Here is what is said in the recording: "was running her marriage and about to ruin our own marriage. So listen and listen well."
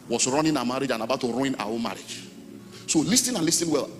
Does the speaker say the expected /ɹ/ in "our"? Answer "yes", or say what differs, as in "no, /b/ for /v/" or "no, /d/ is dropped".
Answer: no, /w/ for /ɹ/